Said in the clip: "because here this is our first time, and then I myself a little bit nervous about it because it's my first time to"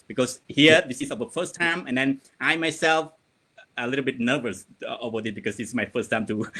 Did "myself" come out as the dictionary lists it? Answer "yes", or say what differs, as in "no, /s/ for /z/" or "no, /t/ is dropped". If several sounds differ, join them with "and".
yes